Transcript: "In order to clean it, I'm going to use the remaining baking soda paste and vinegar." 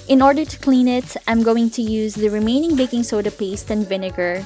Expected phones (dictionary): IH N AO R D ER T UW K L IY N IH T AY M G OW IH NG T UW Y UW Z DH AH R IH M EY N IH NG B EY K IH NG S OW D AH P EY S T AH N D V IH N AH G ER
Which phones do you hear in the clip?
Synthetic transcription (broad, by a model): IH N AO R D ER T UW K L IY N IH T AY M G OW IH NG T UW Y UW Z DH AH R IH M EY N IH NG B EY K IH NG S OW D AH P EY S T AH N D V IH N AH G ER